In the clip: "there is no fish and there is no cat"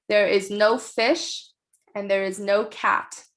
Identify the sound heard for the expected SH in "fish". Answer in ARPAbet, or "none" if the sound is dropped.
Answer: SH